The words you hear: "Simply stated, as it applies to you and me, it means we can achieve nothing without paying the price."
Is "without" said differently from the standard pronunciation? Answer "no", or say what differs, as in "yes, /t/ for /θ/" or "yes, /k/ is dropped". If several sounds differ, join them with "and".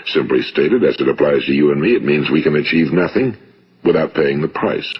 no